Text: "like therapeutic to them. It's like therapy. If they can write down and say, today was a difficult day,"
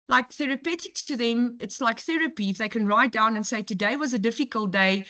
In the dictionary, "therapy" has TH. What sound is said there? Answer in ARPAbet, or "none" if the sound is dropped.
TH